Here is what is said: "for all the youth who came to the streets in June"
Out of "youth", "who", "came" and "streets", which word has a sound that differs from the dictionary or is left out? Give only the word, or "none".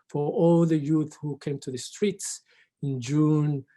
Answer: none